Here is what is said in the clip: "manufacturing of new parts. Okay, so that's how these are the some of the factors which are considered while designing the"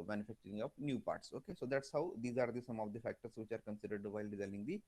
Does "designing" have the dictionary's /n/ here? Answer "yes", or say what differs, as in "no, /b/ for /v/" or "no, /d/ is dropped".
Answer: no, /l/ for /n/